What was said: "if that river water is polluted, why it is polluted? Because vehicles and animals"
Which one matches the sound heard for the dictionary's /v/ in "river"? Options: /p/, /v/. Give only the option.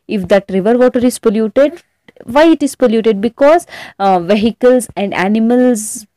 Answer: /v/